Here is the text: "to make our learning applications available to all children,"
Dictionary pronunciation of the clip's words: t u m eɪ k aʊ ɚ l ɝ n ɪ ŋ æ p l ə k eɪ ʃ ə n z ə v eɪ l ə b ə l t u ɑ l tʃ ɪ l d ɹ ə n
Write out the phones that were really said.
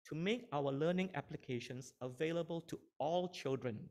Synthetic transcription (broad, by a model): t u m eɪ k aʊ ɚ l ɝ n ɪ ŋ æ p l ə k eɪ ʃ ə n s ə v eɪ l ə b ə l t u ɑ l tʃ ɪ l d ɹ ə n